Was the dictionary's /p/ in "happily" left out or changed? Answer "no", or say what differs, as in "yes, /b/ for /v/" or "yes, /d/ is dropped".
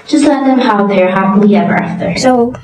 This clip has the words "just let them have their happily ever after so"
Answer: yes, /p/ is dropped